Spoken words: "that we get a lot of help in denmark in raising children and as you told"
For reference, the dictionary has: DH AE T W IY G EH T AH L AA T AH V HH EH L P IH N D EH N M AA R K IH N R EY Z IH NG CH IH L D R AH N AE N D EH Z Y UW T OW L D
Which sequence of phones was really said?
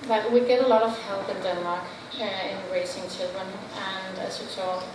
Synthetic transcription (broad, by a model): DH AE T W IY G EH T AH L AA T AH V HH EH L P IH N D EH N M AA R K IH N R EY S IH NG CH IH L D R AH N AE N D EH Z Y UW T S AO